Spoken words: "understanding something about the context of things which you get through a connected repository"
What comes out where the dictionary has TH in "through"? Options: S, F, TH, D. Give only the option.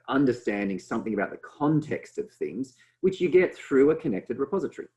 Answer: TH